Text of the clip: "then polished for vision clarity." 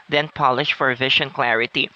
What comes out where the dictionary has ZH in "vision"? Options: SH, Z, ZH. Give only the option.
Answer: SH